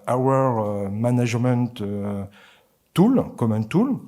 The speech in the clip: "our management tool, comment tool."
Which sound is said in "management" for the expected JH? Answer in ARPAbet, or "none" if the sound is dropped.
ZH